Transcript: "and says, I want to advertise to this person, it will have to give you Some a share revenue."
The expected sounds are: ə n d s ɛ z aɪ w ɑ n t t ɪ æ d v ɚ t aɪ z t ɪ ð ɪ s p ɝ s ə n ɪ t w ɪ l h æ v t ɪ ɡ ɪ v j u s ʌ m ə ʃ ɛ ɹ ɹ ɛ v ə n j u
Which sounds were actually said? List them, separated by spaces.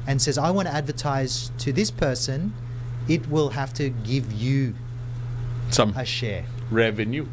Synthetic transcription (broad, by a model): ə n s ɛ z aɪ w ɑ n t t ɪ æ d v ɚ t aɪ z t ɪ ð ɪ s p ɝ s ə n ɪ t w ɪ l h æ f t ɪ ɡ ɪ v j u s ʌ m ə ʃ ɛ ɹ ɹ ɛ v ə n j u